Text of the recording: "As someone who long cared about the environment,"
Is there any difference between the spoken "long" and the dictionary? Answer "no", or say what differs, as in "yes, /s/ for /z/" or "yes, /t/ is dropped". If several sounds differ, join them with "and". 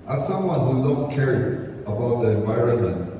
yes, /n/ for /l/